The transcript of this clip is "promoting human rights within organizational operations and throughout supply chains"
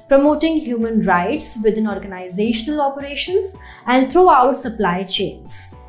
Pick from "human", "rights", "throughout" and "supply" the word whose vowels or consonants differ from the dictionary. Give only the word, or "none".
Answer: throughout